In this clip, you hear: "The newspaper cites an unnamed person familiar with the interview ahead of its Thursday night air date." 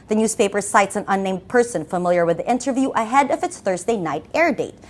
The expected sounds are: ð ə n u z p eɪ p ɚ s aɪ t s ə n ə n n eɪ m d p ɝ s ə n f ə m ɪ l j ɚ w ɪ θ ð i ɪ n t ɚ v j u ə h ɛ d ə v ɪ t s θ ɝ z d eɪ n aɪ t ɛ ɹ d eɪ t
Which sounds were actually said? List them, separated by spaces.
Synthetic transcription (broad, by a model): ð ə n u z p eɪ p ɚ s aɪ t s ə n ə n n eɪ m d p ɝ s ə n f ə m ɪ l j ɚ w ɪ ð i ɪ n t ɚ v j u ə h ɛ d ə v ɪ t s θ ɝ z d eɪ n aɪ t ɛ ɹ d eɪ t